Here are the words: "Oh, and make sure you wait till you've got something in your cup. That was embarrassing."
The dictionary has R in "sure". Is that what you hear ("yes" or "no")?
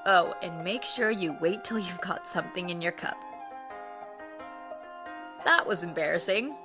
yes